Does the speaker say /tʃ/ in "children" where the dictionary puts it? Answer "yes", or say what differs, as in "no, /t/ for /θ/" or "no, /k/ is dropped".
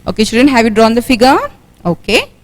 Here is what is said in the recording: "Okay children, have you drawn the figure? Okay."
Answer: no, /ʃ/ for /tʃ/